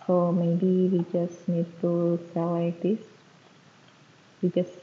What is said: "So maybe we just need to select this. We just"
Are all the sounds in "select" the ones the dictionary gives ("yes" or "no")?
no